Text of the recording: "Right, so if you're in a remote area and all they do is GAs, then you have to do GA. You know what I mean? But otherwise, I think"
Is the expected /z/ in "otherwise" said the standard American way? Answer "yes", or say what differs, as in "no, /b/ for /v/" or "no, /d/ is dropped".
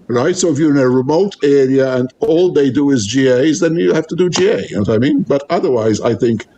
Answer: yes